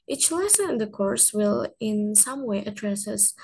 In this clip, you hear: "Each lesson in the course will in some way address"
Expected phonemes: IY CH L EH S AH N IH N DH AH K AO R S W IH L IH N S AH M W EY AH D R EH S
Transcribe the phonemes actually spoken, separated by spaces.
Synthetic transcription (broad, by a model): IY CH L EH S AH N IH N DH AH K AO R S W IH L IH N S AH M W EY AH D R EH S